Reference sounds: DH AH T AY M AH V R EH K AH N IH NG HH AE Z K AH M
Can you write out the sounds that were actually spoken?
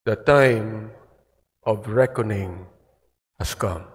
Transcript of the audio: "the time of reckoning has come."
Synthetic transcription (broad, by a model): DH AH T AY M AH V R EH K AH N IH NG HH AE S K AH M